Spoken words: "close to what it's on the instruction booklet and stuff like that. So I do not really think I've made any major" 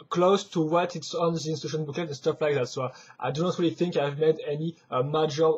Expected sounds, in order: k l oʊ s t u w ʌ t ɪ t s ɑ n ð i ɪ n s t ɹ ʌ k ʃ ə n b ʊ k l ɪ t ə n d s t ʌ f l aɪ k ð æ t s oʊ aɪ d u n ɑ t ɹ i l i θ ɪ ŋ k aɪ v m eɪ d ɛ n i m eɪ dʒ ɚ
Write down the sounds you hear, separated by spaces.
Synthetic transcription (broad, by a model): k l oʊ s t u w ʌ t ɪ t s ɑ n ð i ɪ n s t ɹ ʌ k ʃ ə n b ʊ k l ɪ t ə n s t ʌ f l aɪ k ð æ t s oʊ aɪ d u n ɑ t ɹ i l i θ ɪ ŋ k aɪ v m eɪ d ɛ n i m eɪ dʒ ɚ